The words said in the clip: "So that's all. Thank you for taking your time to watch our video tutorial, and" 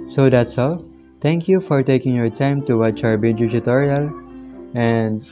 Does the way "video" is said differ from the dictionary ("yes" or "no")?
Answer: yes